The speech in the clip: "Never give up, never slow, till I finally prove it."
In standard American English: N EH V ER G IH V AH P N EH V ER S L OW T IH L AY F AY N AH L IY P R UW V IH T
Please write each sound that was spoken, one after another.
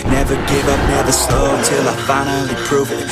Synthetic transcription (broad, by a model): N EH V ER G IH V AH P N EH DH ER S OW T IH L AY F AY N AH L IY P R UW V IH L